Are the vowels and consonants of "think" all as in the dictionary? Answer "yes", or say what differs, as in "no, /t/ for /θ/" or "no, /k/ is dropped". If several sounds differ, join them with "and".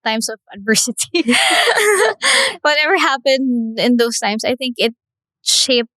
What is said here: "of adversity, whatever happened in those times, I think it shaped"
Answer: yes